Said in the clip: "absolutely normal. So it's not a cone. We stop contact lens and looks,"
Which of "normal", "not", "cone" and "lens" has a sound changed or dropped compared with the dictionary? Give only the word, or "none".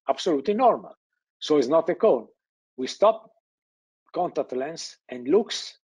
lens